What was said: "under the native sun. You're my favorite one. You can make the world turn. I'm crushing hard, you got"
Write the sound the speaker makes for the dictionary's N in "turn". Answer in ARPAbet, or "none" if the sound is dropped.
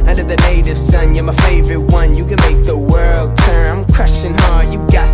none